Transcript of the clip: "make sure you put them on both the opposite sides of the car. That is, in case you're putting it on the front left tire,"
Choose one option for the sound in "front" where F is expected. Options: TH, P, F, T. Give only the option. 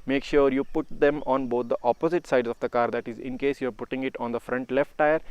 F